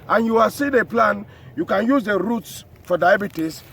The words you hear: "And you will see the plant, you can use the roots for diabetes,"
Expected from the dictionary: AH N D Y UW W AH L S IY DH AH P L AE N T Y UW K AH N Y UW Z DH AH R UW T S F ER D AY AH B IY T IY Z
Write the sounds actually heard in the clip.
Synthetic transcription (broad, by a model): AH N Y UW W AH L S IY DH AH P L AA N Y UW K AH N Y UW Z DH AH R UW T S F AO D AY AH B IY T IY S